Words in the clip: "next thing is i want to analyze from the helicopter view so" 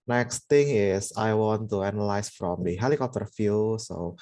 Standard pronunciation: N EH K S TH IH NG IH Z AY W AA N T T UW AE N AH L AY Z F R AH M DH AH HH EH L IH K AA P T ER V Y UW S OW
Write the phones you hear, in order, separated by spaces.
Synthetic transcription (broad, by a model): N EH K S T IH NG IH S AY W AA N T T UW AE N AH L AY S F R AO M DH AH HH EH L IH K AA P T ER F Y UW S OW